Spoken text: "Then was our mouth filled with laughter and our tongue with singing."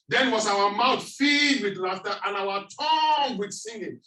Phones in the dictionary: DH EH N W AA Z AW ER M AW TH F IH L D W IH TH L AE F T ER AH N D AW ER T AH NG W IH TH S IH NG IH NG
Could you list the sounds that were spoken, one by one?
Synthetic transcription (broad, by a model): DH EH N W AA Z AW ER M AW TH F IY D W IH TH L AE F T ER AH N AW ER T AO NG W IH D S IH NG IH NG